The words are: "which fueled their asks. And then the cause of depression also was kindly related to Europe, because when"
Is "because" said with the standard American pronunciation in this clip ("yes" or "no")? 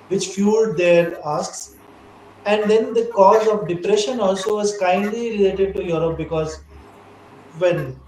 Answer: yes